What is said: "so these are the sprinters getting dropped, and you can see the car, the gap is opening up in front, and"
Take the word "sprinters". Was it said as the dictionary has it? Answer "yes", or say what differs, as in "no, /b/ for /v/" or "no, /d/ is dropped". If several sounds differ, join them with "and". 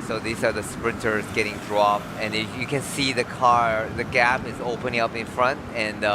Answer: yes